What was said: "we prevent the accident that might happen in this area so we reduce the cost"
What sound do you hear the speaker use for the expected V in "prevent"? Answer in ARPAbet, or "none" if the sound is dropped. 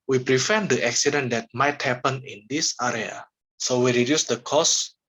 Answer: F